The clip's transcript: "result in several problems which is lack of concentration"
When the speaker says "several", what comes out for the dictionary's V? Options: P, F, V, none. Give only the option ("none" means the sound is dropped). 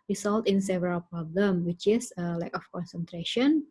V